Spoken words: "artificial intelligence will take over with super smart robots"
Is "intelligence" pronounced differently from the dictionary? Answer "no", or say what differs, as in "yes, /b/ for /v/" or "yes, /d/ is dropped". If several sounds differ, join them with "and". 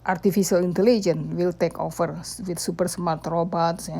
yes, /s/ is dropped